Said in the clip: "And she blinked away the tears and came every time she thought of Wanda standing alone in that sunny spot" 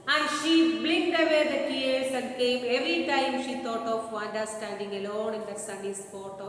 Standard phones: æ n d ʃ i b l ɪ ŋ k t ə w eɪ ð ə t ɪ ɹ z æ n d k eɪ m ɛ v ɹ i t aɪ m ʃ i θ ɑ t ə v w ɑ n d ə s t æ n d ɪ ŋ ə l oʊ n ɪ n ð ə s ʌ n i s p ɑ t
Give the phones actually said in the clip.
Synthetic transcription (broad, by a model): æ n d ʃ i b l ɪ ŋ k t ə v eɪ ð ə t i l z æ n d k eɪ m ɛ v ɹ i t aɪ m ʃ i t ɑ t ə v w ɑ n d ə s t æ n d ɪ ŋ ə l oʊ n ɪ n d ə s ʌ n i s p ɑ t